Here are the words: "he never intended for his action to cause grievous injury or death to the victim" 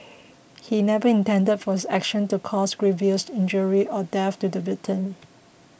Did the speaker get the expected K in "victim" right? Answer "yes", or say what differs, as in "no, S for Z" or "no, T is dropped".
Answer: no, K is dropped